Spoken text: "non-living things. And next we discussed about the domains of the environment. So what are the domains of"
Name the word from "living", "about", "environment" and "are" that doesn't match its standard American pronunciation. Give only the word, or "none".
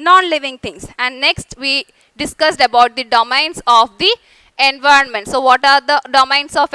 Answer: none